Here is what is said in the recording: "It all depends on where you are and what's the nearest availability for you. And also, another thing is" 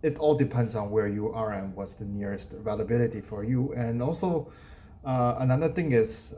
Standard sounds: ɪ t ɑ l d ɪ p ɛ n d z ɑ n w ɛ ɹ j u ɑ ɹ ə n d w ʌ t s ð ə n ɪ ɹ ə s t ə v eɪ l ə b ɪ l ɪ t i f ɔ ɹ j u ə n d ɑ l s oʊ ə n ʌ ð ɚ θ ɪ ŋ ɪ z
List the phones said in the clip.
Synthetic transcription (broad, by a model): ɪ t ɑ l d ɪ p ɛ n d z ɑ n w ɛ ɹ j u ɑ ɹ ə n w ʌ t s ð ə n ɪ ɹ ə s t v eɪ l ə b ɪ l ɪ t i f ɔ ɹ j u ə n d ɑ l s oʊ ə n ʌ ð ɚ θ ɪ ŋ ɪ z